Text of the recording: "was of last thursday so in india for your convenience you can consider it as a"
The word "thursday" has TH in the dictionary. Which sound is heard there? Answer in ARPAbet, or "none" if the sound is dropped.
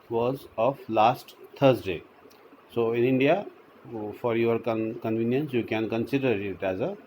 T